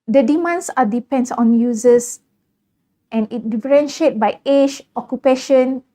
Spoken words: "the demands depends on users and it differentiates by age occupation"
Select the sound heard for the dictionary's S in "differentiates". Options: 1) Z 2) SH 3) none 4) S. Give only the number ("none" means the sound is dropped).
3